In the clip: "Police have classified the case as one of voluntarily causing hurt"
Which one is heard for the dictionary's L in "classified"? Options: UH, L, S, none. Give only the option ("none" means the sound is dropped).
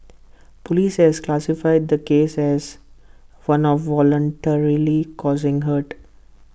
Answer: L